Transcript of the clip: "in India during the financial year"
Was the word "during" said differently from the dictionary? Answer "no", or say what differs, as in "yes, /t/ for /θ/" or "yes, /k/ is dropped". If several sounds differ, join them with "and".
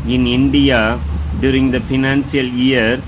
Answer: no